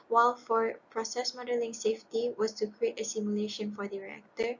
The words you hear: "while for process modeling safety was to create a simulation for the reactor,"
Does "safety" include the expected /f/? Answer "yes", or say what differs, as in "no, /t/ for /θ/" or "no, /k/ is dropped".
yes